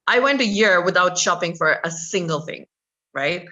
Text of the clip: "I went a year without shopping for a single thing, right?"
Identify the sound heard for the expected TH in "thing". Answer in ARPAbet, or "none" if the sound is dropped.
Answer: TH